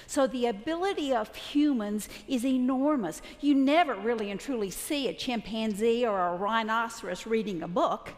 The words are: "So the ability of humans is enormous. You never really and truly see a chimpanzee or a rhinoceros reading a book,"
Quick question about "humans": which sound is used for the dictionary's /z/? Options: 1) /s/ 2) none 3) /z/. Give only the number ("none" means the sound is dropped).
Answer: 3